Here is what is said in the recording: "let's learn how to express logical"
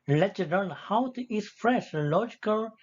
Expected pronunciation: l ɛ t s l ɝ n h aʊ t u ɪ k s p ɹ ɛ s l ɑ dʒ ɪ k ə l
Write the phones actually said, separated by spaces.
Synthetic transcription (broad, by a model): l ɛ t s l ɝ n h aʊ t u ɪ s f ɹ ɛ ʃ l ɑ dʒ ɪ k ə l